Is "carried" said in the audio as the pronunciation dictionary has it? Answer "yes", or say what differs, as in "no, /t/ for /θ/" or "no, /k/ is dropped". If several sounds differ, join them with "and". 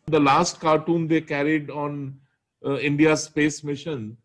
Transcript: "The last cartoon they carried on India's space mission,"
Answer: yes